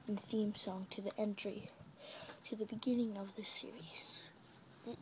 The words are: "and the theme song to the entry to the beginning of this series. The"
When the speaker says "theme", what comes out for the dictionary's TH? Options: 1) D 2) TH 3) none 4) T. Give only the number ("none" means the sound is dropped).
2